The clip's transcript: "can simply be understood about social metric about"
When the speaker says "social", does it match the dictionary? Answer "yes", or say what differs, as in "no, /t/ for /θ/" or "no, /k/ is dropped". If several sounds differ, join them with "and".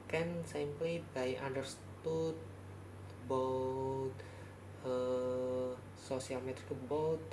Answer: no, /s/ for /ʃ/